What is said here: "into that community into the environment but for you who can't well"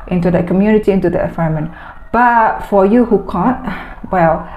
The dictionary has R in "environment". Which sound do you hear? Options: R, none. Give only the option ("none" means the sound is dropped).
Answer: none